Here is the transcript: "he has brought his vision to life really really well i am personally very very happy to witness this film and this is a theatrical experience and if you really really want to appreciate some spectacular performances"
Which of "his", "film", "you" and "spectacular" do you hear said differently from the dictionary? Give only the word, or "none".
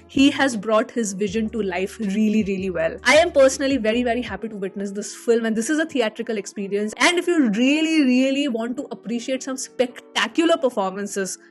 none